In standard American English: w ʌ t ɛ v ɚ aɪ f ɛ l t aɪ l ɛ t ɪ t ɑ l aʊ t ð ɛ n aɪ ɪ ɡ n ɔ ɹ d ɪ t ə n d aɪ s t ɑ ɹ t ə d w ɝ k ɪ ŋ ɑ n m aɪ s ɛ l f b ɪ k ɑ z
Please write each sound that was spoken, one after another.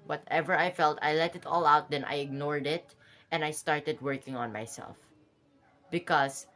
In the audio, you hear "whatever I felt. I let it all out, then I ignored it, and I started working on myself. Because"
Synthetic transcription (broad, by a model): w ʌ t ɛ v ɚ aɪ f ɛ l t aɪ l ɛ t ɪ t ɑ l aʊ t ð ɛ n aɪ ɪ ɡ n ɔ ɹ d ɪ t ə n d aɪ s t ɑ ɹ t ə d w ɝ k ɪ ŋ ɑ n m aɪ s ɛ l f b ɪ k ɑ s